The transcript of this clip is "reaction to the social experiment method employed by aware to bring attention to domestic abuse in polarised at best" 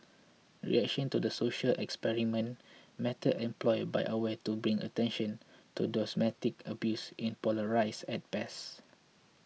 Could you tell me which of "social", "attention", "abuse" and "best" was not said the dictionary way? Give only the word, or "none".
best